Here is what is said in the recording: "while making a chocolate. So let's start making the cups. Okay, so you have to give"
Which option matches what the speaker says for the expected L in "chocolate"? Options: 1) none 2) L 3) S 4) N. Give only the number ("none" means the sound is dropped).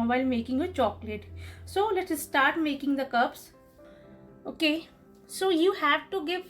2